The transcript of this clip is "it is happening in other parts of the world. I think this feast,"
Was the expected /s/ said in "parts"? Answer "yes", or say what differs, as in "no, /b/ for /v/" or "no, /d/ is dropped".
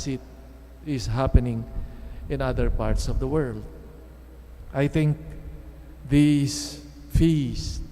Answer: yes